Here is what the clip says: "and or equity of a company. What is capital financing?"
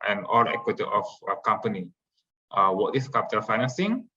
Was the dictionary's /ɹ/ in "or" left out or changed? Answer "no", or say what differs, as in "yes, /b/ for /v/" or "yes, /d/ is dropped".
yes, /l/ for /ɹ/